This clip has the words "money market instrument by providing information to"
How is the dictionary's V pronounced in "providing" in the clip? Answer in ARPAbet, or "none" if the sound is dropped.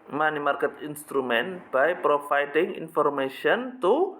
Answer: F